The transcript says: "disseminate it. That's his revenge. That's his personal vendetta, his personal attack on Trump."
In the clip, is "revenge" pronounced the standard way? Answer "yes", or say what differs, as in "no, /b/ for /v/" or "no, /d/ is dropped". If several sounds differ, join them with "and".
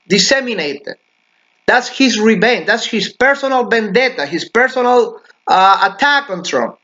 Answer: no, /b/ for /v/